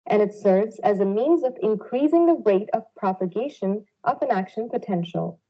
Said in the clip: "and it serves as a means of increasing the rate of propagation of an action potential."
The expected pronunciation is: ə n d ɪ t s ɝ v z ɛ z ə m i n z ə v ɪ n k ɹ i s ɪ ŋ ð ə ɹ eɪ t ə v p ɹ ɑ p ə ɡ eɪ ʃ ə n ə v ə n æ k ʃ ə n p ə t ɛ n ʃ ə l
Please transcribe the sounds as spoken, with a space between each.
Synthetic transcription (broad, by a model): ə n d ɪ t s ɝ v z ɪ z ə m i n z ə v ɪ n k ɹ i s ɪ ŋ ð ə ɹ eɪ t ə v p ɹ ɑ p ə ɡ eɪ ʃ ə n ə v ə n æ k ʃ ə n p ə t ɛ n ʃ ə l